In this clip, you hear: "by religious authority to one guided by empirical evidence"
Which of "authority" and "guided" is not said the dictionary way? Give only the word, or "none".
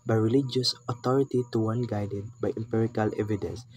authority